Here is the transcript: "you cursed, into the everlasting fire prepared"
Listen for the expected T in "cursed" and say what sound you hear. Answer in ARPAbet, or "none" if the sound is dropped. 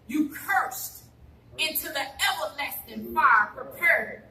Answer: T